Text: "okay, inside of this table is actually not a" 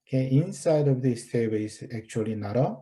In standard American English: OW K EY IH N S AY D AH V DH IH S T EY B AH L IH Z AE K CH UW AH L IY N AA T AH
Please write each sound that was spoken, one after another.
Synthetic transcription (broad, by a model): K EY IH N S AY D AH V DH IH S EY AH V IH S AE K CH UW AH L IY N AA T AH